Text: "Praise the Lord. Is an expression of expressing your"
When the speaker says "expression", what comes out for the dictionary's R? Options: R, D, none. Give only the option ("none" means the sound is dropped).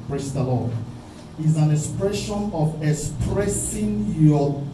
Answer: R